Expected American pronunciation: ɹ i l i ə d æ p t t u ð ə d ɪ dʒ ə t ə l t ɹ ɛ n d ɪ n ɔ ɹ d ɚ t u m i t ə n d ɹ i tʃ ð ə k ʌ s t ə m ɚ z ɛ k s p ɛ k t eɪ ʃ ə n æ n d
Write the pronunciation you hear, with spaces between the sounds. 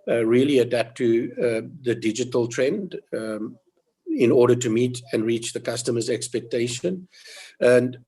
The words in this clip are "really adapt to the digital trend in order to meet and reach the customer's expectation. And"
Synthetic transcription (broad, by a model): ɹ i l i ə d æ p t t u ð ə d ɪ dʒ ə t ə l t ɹ ɛ n d ɪ n ɔ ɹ d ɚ t u m i t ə n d ɹ i tʃ ð ə k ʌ s t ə m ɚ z ɛ k s p ɛ k t eɪ ʃ ə n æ n d